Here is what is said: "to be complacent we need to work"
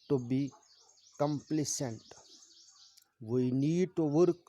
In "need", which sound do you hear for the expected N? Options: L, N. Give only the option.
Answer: N